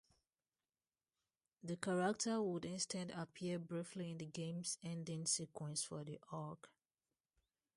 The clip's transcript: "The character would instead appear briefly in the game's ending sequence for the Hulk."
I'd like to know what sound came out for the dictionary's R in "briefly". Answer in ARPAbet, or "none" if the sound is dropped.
R